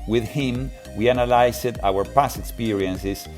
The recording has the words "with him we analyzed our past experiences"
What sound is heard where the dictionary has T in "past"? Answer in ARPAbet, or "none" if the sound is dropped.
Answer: none